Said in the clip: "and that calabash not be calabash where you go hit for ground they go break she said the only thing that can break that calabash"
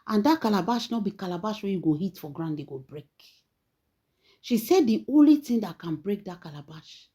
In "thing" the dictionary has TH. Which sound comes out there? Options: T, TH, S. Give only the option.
T